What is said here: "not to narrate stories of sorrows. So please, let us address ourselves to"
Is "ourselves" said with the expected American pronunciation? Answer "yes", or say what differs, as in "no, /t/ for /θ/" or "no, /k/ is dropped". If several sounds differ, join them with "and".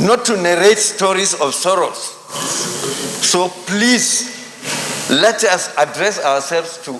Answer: no, /w/ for /ɹ/